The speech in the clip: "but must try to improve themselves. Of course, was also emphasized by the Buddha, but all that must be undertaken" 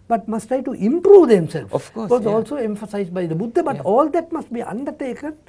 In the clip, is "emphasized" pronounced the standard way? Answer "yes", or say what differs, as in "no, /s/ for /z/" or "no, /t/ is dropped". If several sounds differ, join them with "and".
yes